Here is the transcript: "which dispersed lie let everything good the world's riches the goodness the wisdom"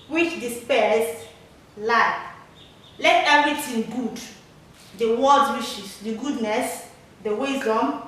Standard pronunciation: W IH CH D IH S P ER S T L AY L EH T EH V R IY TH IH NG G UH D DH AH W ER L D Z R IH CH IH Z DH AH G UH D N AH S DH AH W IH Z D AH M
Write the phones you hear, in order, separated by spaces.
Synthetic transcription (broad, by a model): W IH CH D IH S P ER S L AY L EH T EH V R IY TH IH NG G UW D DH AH W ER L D R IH SH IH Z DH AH G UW D N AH S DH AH W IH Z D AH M